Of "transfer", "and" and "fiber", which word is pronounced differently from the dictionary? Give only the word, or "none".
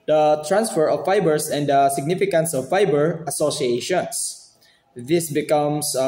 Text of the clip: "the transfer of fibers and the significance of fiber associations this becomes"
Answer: none